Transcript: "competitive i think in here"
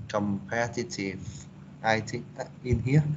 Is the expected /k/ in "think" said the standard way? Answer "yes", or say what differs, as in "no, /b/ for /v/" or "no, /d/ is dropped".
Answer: no, /k/ is dropped